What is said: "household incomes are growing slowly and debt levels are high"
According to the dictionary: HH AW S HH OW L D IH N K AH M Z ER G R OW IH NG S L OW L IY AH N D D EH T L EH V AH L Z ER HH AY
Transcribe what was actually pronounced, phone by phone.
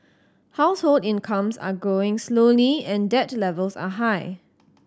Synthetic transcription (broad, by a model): HH AW S HH OW L D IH N K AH M S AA G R OW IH NG S L OW L IY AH N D D EH T L EH V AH L S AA HH AY